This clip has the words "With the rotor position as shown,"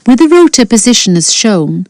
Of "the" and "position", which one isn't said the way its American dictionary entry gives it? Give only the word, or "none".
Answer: none